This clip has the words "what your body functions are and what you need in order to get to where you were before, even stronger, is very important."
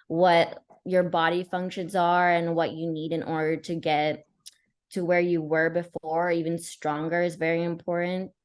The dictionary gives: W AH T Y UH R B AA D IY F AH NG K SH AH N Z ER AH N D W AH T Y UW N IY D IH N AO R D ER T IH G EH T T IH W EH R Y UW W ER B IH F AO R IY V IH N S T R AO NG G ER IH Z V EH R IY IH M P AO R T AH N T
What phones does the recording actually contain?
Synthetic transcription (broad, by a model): W AH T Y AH R B AA D IY F AH NG K SH AH N Z ER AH N W AH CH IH N IY D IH N AO R D ER T IH G EH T T IH W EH R Y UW W ER B IH F AO R IY V IH N S T R AO NG G ER IH Z V EH R IY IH M P AO R T N T